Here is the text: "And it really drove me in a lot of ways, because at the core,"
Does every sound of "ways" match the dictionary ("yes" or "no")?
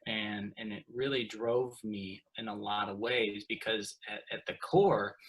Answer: yes